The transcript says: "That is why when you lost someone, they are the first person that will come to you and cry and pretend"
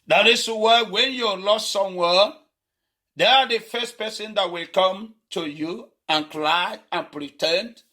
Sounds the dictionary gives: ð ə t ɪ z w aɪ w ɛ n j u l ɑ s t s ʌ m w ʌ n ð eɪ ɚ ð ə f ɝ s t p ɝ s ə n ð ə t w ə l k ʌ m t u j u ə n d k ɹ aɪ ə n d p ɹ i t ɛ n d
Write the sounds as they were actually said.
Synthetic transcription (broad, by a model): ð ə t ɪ s w aɪ w ɛ n j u l ɑ s t s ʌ m w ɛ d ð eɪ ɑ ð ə f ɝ s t p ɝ s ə n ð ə t w ə l k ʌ m t u j u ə n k l aɪ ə n p ɹ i t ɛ n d